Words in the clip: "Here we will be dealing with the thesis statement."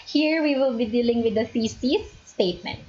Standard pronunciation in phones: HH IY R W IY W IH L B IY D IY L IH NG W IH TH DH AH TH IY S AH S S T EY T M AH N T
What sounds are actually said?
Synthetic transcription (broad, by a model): HH IY R W IY W IH L B IY D IY L IH NG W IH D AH S IY S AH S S T EY T M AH N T